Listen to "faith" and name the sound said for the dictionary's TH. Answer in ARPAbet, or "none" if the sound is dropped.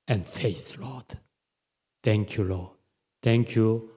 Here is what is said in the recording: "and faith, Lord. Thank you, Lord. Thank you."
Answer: S